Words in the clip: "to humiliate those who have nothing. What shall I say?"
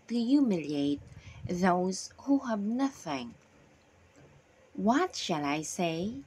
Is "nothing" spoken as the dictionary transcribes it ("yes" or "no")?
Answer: yes